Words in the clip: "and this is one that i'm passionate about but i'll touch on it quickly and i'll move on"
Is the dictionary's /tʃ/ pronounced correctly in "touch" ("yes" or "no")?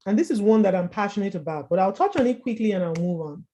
yes